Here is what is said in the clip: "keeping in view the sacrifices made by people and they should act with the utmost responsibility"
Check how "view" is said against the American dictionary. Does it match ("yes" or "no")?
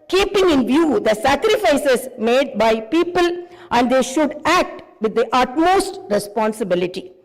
yes